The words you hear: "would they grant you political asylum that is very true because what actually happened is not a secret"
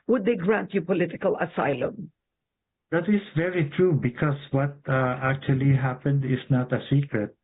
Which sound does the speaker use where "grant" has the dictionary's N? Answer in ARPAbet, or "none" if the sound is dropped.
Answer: N